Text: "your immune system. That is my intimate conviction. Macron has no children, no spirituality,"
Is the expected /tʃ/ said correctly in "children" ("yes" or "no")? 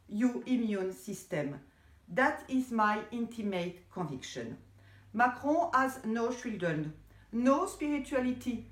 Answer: no